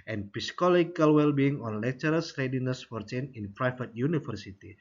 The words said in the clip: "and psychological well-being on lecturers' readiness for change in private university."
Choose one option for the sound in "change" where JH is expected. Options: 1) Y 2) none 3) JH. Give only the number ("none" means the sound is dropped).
2